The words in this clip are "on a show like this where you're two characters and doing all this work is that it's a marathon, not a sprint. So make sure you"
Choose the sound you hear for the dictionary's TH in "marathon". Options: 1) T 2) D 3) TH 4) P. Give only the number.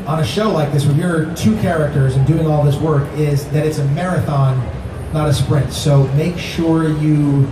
3